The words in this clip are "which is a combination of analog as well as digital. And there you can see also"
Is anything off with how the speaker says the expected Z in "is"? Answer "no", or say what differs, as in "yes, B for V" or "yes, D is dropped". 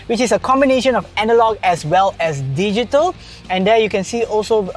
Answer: yes, S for Z